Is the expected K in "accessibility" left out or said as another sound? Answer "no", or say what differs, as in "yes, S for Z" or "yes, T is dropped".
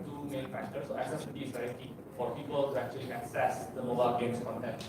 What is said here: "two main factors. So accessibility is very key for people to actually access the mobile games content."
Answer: yes, K is dropped